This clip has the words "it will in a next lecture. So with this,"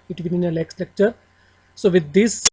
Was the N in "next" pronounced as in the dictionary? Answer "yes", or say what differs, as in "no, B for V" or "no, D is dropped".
no, L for N